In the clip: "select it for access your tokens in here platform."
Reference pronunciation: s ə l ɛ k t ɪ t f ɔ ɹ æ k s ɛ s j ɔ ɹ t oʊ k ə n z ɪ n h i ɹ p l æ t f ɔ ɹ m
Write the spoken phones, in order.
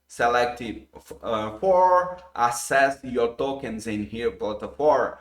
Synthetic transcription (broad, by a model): s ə l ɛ k t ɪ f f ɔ ɹ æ s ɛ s j ɔ ɹ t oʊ k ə n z ɪ n h i ɹ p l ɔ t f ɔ ɹ